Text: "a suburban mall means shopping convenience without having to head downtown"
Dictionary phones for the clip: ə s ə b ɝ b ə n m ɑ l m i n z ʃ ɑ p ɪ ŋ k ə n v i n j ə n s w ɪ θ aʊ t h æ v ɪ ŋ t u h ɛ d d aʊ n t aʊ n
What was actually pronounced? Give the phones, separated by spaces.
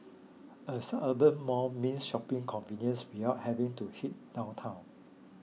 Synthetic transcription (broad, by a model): ə s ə ɝ b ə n m ɑ m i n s ʃ ɑ p ɪ ŋ k ə n v i n j ə n s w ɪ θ aʊ t h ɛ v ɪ ŋ t u h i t d aʊ n t aʊ n